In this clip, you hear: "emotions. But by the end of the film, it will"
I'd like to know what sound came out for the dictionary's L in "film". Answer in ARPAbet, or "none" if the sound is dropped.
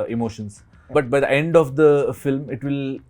L